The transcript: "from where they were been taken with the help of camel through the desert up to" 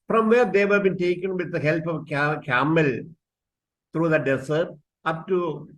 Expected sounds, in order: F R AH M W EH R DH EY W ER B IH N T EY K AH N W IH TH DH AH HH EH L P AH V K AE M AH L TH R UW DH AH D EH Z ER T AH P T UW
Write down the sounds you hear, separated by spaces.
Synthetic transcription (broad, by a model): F R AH M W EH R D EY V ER B IH N T EY K AH N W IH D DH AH HH EH L P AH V K AE M AH L T R UW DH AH D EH S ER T AH P T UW